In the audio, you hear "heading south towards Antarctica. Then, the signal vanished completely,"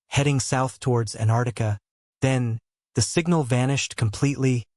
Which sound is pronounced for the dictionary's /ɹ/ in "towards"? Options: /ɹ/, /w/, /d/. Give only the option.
/ɹ/